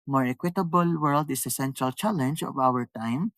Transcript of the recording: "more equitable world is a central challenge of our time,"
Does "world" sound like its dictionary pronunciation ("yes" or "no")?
yes